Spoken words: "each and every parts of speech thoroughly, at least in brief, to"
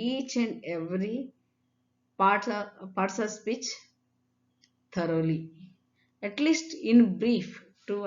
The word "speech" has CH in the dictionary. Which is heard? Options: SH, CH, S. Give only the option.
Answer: CH